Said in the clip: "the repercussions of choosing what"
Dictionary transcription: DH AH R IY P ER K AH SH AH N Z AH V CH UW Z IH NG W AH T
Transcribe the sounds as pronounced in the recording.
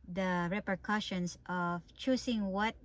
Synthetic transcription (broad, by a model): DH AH R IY P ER K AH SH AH N S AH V CH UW S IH NG W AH T